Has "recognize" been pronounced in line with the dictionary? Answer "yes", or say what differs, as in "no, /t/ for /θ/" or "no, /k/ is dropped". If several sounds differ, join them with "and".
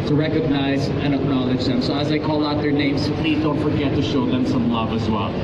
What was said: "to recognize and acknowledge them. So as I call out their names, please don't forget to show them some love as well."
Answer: yes